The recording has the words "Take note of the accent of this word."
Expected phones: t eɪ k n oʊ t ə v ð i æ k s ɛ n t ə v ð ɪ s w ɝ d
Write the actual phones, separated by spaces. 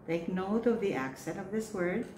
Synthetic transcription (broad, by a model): t eɪ k n oʊ t ə v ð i æ k s ɛ n t ə v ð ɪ s w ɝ d